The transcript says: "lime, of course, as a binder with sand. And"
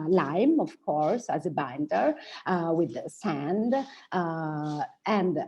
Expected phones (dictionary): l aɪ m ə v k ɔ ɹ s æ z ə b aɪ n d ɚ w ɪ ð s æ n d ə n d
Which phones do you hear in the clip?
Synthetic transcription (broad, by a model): l aɪ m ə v k ɔ ɹ s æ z ə b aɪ n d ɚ w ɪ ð s æ n d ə n d